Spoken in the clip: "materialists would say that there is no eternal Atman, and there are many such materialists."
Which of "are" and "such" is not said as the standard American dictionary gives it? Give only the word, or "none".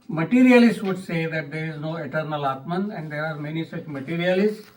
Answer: none